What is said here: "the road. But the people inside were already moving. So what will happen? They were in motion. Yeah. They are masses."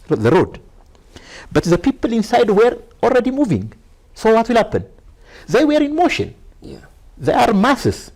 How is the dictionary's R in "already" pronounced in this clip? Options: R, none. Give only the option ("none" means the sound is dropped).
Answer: R